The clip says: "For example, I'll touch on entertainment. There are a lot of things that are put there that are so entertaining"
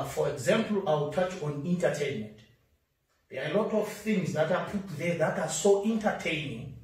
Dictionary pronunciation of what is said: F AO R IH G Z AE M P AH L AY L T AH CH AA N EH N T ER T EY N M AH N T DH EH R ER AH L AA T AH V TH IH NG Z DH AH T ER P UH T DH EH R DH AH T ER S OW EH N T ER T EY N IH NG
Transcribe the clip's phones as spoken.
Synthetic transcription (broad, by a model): F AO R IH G Z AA M P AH L AY W T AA CH AA N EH N T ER T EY N M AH N T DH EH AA AH L AA T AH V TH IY NG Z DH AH T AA P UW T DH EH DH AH T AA S OW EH N T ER T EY N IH NG